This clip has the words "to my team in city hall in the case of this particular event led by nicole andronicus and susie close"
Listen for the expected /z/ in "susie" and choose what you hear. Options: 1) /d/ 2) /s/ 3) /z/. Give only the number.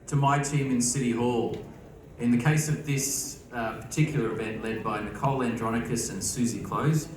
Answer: 3